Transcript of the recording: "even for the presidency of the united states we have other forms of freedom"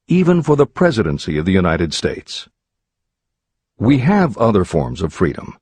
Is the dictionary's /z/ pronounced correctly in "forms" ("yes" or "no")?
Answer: yes